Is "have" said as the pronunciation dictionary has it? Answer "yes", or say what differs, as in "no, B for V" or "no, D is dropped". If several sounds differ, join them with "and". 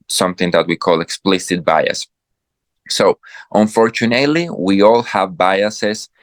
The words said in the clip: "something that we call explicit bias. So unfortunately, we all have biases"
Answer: yes